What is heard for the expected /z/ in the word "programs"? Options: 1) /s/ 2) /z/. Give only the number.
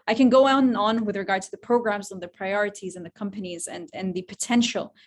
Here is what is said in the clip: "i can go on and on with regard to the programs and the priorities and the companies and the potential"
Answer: 2